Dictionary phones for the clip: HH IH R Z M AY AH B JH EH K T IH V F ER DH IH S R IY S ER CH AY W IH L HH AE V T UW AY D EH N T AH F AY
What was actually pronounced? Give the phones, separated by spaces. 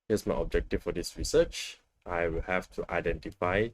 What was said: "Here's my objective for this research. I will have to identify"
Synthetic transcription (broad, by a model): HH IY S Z M AY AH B JH EH K T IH F F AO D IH S R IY S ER CH AY W IH L HH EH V T UW AY D EH N T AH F AY